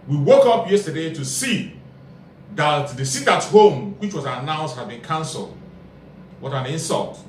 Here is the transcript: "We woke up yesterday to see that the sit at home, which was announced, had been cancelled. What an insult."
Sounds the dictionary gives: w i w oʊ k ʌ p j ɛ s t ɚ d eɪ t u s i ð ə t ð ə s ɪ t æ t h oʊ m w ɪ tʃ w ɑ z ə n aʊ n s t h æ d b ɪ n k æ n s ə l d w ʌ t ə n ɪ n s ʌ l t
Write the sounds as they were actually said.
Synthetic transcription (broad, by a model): w i w oʊ k ʌ p j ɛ s t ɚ d eɪ t u s i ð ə t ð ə s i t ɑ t h oʊ m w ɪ tʃ w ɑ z ə n aʊ n s t h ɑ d b ɪ n k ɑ n s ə l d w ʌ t ə n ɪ n s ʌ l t